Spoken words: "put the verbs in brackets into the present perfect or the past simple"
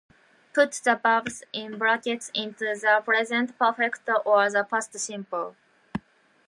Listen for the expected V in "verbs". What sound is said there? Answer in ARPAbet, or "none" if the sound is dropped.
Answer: B